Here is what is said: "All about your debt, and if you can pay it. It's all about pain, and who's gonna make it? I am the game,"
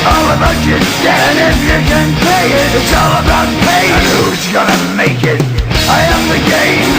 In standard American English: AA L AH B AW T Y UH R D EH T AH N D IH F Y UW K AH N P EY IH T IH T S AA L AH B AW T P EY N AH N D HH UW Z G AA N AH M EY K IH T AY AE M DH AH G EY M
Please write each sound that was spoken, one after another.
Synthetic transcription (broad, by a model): AA L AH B AW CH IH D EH AH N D IH F Y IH K AH N P EY IH T IH T S AA L AH B AW T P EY AH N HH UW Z G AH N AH M EY K IH T AY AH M DH AH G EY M